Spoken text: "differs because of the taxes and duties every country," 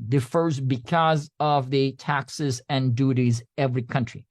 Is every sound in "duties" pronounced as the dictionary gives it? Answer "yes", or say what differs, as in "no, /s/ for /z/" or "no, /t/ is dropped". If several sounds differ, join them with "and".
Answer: yes